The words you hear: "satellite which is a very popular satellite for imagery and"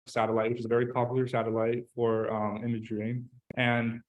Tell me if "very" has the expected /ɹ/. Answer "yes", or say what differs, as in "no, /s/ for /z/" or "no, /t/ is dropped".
yes